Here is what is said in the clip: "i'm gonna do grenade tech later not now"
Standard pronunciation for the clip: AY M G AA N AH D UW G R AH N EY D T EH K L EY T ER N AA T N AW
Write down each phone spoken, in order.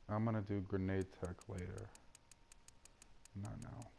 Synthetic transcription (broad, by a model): AY M G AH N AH D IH G R AH N EY D T EH K L EY T ER N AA T N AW